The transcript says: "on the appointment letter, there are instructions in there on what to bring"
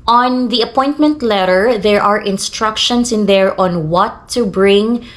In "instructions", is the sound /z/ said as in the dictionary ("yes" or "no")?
no